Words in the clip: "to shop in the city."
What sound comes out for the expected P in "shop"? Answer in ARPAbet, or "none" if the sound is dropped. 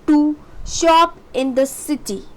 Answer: P